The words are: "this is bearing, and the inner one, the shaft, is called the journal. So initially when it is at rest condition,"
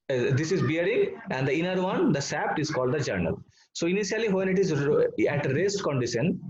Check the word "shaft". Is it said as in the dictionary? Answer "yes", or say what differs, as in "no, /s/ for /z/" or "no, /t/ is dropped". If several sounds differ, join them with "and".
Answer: no, /s/ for /ʃ/ and /p/ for /f/